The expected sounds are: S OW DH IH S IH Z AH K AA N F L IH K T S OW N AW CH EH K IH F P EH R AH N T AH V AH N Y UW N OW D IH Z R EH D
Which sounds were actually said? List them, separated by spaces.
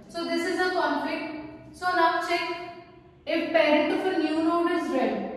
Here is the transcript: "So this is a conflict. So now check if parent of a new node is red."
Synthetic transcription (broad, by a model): S OW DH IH S IH Z AH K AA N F IH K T S OW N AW CH EH K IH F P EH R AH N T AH F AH N Y UW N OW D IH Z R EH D